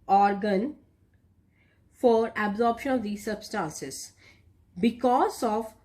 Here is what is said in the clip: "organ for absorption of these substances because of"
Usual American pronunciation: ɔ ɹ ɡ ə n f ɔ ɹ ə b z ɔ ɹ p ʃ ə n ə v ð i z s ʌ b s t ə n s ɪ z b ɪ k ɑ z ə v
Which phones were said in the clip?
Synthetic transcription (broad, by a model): ɔ ɹ ɡ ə n f ɔ ɹ ə b z ɔ ɹ p ʃ ə n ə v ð i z s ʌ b s t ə n s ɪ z b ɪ k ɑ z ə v